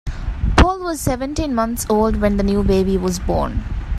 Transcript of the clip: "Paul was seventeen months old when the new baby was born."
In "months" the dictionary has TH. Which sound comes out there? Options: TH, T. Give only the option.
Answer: T